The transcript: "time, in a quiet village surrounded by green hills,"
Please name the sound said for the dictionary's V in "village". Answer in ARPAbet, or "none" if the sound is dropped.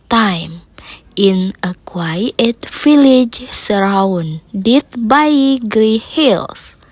F